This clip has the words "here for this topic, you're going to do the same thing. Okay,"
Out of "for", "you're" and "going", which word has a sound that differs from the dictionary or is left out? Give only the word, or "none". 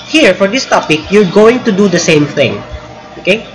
none